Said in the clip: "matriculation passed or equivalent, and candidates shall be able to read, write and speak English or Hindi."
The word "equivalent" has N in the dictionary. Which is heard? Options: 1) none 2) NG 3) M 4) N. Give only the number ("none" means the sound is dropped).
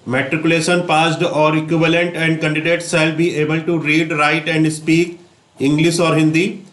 4